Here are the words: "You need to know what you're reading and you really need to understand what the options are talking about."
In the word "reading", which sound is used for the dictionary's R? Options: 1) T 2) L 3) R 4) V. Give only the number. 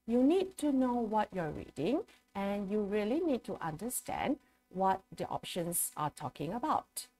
3